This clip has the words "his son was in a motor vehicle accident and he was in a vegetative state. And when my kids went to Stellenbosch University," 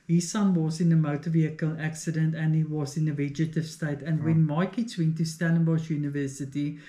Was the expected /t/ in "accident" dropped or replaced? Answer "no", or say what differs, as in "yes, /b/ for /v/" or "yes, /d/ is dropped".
no